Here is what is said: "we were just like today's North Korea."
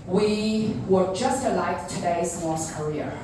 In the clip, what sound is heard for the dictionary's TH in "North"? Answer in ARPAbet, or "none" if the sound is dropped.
S